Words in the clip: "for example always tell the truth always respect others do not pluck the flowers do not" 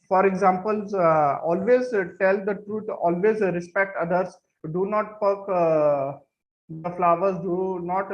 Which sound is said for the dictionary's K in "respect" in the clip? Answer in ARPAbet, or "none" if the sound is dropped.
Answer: K